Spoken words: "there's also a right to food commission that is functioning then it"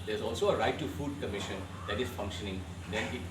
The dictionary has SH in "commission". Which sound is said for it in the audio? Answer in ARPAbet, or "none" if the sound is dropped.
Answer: SH